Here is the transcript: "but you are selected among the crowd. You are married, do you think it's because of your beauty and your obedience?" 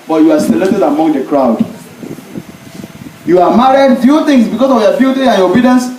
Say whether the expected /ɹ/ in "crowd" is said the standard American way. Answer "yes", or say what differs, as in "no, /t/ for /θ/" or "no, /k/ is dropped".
yes